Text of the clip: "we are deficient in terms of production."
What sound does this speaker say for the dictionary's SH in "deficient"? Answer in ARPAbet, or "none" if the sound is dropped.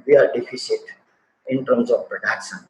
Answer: S